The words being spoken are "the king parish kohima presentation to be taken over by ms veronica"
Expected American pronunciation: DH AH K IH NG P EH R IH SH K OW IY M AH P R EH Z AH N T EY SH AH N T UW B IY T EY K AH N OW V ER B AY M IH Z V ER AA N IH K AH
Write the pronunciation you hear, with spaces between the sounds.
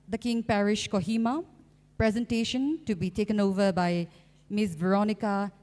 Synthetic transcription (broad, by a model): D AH K IH NG P EH R IH SH K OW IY M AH P R EH Z AH N T EY SH AH N T UW B IY T EY K AH N OW V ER B AY M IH S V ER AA N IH K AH